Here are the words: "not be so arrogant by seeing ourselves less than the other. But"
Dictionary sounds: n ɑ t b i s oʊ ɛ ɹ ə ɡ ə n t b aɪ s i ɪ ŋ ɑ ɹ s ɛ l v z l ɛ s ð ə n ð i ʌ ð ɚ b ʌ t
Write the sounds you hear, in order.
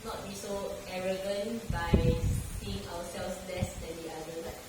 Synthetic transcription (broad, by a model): n ɑ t b i s oʊ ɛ ɹ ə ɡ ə n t b aɪ s i ɪ ŋ ɑ w s ɛ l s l ɛ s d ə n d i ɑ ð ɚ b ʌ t